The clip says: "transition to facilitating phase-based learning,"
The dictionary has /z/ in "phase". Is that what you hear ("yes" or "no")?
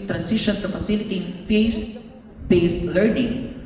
no